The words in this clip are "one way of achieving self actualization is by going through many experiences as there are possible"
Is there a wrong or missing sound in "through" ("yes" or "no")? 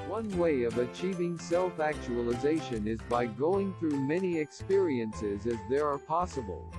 no